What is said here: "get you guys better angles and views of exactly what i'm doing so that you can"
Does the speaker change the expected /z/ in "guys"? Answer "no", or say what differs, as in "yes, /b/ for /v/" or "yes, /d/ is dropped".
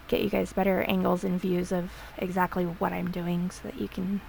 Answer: no